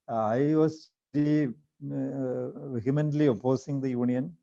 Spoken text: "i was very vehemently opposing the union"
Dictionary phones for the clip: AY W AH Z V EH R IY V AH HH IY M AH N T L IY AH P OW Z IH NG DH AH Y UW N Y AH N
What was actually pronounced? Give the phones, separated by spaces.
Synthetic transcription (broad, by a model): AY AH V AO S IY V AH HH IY M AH N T L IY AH P OW S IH NG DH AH Y UW N Y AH N